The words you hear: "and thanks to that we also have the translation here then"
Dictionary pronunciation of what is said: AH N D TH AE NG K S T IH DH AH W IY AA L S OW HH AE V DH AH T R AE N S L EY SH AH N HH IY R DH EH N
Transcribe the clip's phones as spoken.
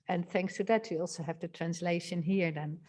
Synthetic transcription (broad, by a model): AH N TH AE NG K S T IH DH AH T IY AA L S OW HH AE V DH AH T R AE N S L EY SH AH N HH IY R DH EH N